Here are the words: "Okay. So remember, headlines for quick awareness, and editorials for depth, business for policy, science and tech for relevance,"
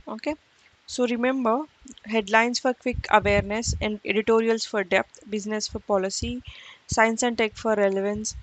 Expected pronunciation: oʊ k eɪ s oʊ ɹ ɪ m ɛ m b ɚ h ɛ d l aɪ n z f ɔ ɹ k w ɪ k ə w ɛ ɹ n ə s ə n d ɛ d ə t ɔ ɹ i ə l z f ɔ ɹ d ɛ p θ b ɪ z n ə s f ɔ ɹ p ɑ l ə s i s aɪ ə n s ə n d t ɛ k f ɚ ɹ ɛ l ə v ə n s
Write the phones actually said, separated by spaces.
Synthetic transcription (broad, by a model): oʊ k eɪ s oʊ ɹ ɪ m ɛ m b ɚ h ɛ d l aɪ n s f ɔ ɹ k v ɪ k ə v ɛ ɹ n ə s ə n d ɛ d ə t ɔ ɹ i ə l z f ɔ ɹ d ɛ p t b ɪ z n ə s f ɔ ɹ p ɑ l ə s i s aɪ ə n s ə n t ɛ k f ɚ ɹ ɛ l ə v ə n s